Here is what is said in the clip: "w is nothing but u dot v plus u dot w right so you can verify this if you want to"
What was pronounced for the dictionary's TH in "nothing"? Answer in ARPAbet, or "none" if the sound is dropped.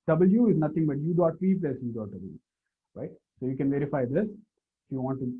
T